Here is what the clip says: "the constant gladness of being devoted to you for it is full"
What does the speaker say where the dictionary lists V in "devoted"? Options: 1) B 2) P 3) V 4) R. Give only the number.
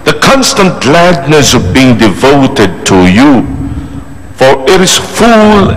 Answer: 3